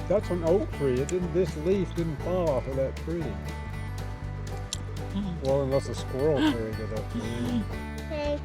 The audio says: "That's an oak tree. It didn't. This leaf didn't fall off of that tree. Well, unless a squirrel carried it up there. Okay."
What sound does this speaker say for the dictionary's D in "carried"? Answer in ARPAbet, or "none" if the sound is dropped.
none